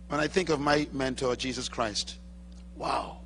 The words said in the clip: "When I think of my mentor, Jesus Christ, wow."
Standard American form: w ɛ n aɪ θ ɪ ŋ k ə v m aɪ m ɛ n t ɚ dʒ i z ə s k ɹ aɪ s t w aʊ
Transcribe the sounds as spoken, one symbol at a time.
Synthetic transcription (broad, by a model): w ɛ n aɪ θ ɪ ŋ k ə v m aɪ m ɛ n t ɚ dʒ i z ə s k ɹ aɪ s t w aʊ